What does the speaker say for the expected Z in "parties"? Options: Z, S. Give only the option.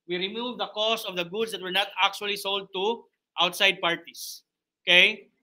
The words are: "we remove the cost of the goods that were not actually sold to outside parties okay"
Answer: S